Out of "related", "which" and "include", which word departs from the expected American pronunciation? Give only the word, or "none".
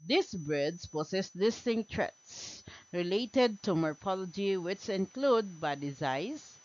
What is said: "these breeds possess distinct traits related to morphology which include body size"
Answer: none